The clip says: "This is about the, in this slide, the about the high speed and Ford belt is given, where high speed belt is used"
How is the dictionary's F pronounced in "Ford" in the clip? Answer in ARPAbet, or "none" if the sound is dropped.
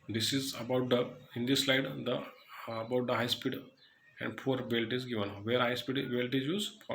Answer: P